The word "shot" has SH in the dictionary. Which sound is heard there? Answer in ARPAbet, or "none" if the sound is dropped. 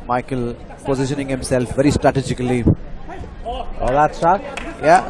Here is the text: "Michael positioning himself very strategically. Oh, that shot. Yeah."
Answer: S